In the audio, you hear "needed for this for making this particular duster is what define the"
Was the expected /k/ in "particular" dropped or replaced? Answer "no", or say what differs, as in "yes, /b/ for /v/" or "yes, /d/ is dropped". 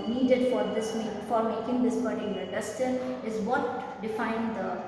yes, /k/ is dropped